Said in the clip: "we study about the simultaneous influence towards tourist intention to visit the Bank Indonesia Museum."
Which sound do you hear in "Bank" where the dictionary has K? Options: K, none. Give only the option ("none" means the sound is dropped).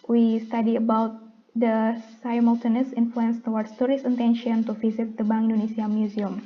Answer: none